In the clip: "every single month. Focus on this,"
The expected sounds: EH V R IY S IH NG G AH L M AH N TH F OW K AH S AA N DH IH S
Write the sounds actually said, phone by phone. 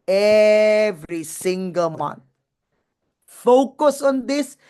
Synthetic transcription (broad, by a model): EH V R IY S IH NG G AH L M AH N T F OW K AH S AA N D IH S